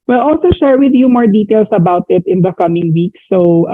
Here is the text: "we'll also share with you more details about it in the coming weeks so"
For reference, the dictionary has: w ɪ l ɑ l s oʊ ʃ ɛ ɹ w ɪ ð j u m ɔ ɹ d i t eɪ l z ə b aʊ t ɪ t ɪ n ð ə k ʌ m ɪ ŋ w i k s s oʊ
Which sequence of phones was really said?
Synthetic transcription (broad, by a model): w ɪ l ɑ l s oʊ ʃ ɛ ɹ w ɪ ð j u m ɔ ɹ d i t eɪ l s ə b aʊ t ɪ t ɪ n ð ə k ʌ m ɪ ŋ w i k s s oʊ